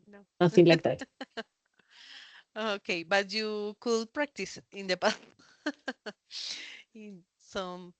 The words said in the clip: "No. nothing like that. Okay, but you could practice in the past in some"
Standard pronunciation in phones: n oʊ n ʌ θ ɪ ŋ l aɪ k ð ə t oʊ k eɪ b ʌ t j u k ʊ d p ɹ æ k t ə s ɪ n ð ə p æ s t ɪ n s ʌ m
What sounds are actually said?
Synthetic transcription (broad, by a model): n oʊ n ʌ s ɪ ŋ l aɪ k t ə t oʊ k eɪ b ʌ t j u k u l p ɹ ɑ k t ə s ɪ n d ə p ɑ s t ɪ n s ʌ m